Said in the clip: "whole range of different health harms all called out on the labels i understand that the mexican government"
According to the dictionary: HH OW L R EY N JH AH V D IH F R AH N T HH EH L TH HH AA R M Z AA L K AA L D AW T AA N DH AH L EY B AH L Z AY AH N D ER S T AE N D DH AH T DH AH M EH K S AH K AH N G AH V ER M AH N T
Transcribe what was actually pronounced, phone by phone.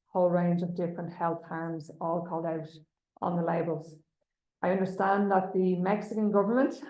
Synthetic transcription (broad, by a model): HH OW L R EY N JH AH V D IH F R AH N T HH EH L TH HH AA R M Z AA L K AA L D AW T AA N DH AH L EY B AH L Z AY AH N D ER S T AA N DH AH T DH AH M EH K S AH K AH N G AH V ER M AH N T